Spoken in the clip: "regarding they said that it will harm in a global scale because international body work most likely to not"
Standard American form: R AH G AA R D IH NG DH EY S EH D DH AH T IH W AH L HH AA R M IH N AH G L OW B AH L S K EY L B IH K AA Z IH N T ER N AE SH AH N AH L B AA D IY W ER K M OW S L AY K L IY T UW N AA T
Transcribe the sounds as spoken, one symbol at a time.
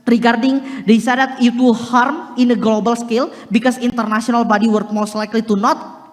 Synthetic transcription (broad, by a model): R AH G AA R D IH NG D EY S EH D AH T IH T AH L HH AA R M IH N AH G L OW B AH L S K EY L B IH K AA S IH N T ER N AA S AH N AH L B AA D IY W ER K M OW S L AY K L IY T UW N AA T